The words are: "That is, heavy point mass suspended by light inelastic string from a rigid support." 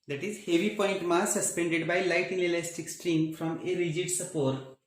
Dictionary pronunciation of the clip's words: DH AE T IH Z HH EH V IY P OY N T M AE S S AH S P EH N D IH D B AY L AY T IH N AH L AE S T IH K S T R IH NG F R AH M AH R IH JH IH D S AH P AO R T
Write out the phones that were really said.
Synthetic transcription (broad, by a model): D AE T IH Z HH EH V IY P OY N T M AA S S AH S P EH N D IH D B AY L AY T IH L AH L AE S T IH K S T R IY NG F R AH M AH R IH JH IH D S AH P AO R T